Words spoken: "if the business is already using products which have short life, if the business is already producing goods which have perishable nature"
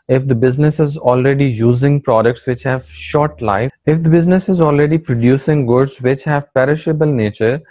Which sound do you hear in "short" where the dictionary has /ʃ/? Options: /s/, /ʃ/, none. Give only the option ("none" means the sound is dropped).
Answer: /ʃ/